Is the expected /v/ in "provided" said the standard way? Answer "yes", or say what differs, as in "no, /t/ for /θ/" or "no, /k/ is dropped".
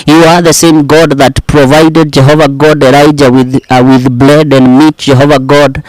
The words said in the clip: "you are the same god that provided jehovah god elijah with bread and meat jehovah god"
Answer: yes